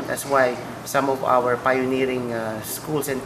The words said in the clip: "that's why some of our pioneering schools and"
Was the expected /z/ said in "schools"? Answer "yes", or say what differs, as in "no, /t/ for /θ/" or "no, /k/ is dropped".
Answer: no, /s/ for /z/